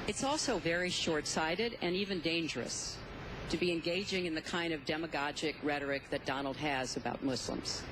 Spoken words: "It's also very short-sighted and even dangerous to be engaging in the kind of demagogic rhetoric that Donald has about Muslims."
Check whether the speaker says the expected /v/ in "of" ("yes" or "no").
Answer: yes